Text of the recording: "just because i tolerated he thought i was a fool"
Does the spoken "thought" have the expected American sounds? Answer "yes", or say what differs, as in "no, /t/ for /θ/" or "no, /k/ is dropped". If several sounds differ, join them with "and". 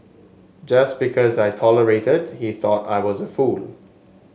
yes